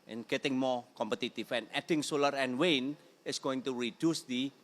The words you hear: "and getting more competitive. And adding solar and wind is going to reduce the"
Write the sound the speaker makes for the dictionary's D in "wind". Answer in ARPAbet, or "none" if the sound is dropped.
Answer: none